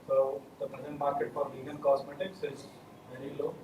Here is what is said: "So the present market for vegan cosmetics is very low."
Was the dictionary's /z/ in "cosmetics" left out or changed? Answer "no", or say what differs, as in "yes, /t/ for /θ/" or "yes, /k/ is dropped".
yes, /s/ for /z/